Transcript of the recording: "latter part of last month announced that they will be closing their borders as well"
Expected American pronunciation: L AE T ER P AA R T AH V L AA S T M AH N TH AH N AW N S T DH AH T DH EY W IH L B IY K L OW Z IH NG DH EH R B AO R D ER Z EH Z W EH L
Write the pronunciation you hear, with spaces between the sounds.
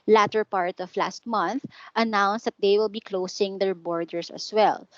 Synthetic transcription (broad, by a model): L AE T ER P AA R T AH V L AA S T M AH N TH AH N AW N S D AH T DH EY W IH L B IY K L OW S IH NG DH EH R B AO R D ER S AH S W EH L